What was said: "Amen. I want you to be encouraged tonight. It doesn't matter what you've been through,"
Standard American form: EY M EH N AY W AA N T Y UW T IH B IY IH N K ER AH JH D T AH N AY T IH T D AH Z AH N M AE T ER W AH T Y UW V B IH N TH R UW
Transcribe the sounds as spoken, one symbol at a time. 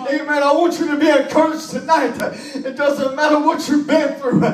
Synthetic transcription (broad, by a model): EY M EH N AY W AA N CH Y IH T IH B IY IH K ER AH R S T AH N AY T IH T D AH Z AH N M AE T ER W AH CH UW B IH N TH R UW